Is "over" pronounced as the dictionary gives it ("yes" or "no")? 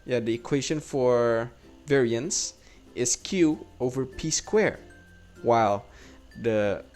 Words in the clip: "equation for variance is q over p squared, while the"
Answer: yes